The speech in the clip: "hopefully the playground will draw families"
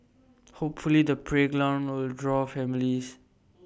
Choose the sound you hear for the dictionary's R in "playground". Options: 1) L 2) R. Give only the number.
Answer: 1